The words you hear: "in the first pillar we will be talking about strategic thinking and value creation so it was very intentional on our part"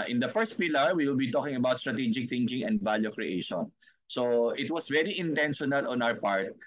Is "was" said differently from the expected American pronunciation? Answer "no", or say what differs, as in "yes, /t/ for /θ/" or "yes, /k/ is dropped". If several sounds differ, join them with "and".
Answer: yes, /s/ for /z/